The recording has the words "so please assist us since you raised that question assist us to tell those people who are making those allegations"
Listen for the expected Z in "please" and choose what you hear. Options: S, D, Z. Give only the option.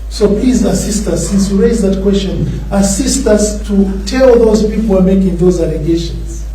Z